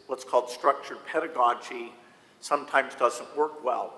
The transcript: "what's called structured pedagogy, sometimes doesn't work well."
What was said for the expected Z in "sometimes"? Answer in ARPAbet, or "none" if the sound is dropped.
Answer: Z